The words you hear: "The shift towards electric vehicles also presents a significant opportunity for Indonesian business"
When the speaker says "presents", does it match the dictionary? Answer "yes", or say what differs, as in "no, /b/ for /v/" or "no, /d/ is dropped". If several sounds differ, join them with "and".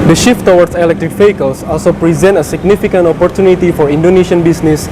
no, /s/ is dropped